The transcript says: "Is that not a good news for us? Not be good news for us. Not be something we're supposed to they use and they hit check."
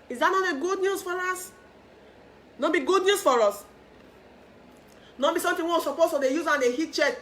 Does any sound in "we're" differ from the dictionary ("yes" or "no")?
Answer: yes